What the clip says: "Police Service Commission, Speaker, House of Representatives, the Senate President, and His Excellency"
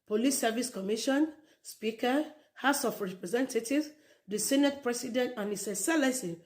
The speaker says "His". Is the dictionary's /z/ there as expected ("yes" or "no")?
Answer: no